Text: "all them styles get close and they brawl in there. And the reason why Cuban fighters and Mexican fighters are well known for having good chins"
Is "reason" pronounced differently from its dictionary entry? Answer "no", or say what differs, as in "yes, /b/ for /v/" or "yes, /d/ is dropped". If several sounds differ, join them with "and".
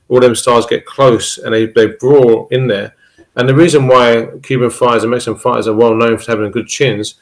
no